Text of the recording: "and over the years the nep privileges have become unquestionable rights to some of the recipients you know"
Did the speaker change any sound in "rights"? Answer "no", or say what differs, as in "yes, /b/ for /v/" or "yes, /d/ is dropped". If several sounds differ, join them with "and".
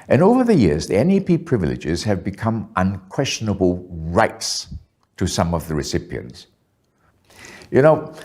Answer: no